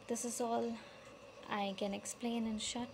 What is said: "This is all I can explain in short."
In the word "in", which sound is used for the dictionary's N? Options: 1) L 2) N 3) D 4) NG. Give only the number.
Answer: 2